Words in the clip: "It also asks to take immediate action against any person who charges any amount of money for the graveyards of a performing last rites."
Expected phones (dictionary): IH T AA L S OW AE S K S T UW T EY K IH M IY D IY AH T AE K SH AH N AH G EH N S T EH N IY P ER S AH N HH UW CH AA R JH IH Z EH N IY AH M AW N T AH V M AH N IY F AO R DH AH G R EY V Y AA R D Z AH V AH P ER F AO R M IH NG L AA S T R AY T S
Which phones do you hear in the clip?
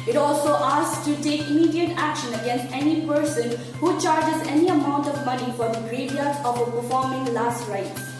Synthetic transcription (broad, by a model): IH T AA L S OW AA S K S T UW T EY K IH M IY D IY AH T AE K SH AH N AH G EH N S T EH N IY P ER S AH N HH UW CH AA R JH IH Z EH N IY AH M AW N T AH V M AH N IY F AO R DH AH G R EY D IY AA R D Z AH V AH P ER F AO R M IH NG L AA S T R AY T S